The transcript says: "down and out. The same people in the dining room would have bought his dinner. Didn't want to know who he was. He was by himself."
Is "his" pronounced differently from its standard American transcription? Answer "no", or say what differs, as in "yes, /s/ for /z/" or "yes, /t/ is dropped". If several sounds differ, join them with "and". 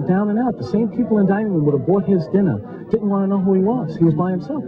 no